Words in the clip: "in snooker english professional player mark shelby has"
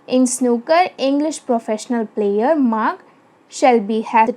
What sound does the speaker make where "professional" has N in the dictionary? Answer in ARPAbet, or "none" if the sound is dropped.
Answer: N